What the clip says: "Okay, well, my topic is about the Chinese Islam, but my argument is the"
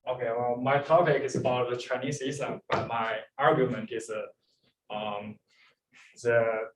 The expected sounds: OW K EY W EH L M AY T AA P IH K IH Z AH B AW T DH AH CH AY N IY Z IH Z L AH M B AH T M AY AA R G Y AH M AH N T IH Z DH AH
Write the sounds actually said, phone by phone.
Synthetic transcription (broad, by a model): OW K EY W EH L M AY T AA P IH K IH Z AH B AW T DH AH CH AY N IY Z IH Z AH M B AH T M AY AA R G Y AH M AH N T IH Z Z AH